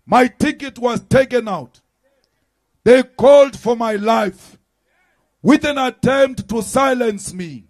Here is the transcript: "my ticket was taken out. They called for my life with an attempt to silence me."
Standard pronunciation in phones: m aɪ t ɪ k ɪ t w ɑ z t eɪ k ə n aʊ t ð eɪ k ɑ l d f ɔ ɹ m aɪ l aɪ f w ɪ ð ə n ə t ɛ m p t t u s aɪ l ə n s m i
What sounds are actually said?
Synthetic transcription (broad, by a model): m aɪ t ɪ k ɪ t w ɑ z t eɪ k ə n aʊ t ð eɪ k ɑ l d f ɔ ɹ m aɪ l aɪ f w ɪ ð ə n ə t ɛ m p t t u s aɪ l ə n s m i